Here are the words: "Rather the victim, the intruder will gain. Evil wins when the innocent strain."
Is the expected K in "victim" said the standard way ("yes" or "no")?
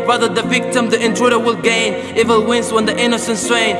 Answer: yes